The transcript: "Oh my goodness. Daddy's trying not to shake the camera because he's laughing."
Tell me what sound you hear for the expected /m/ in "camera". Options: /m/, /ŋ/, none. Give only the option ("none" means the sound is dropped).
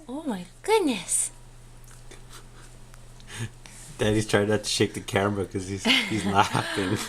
none